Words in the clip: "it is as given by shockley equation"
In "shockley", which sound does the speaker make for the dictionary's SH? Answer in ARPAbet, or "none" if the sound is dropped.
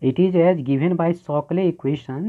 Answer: S